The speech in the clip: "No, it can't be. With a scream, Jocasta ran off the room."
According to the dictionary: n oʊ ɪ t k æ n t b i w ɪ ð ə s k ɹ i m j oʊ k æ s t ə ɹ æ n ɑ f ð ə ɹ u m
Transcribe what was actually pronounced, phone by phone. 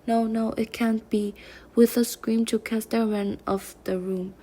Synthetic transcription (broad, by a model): n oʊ ɪ t k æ n b i w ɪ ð ə s k ɹ i m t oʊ k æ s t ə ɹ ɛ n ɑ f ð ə ɹ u m